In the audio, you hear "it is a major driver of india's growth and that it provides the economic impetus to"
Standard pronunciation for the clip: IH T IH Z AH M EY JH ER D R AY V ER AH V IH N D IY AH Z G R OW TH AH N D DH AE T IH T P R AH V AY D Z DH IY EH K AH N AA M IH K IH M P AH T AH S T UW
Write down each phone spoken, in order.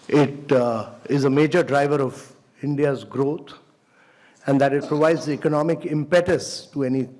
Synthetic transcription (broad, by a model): IH T IH Z AH M EY JH ER D R AY V ER AH V IH N D IY AH Z G R OW T AH N D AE T IH T P R AH V AY D Z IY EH K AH N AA M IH K IH M P AH T AH S T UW